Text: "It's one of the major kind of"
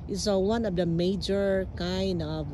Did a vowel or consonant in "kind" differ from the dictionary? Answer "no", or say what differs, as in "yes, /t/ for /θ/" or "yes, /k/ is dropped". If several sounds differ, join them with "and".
no